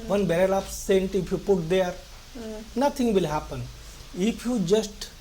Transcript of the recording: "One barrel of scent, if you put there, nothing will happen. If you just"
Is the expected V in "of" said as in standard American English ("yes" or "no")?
no